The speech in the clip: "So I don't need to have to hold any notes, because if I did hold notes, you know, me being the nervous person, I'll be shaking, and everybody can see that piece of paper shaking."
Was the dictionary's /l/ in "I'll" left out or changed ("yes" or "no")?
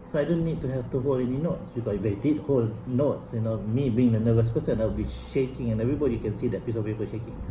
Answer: yes